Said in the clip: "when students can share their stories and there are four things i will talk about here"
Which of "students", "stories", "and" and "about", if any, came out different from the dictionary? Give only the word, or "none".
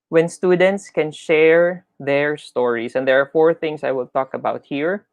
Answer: stories